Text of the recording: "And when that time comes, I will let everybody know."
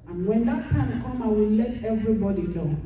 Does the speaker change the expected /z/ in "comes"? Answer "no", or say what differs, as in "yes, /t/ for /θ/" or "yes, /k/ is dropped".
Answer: yes, /z/ is dropped